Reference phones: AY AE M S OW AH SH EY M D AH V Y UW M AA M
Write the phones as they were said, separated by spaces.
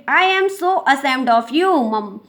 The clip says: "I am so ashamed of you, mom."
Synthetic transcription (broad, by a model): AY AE M S OW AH S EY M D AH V Y UW M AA M